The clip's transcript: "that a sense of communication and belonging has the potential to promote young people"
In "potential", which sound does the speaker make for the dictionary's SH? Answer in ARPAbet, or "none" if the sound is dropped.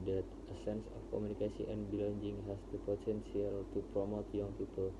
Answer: S